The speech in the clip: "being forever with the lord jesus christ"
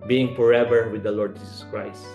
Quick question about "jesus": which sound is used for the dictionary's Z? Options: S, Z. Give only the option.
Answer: S